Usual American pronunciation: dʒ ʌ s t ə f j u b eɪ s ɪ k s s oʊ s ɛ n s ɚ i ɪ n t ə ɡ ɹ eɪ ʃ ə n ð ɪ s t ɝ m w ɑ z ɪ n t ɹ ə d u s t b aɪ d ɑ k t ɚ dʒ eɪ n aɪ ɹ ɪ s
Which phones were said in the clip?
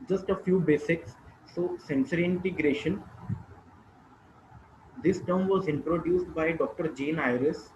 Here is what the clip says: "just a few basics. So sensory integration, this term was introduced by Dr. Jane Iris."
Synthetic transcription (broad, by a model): dʒ ʌ s t ə f j u b eɪ s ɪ k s s oʊ s ɛ n s ɚ i ɪ n t ə ɡ ɹ eɪ ʃ ə n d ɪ s t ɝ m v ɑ z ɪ n t ɹ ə d u s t b aɪ d ɑ k t ɚ dʒ eɪ n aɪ ɹ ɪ s